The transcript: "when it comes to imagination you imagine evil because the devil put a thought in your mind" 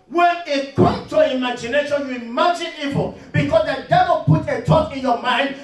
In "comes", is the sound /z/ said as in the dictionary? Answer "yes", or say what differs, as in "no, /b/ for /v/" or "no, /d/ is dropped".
no, /s/ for /z/